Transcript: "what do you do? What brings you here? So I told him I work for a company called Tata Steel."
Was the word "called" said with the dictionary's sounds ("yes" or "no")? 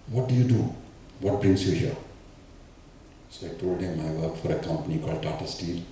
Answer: yes